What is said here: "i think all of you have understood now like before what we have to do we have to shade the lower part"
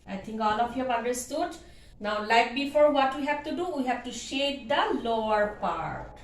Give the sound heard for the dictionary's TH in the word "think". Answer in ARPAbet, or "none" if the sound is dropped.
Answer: T